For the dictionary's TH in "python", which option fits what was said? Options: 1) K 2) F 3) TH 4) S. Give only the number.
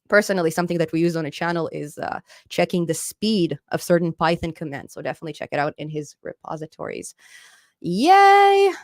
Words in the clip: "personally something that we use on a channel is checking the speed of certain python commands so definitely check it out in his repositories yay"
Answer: 3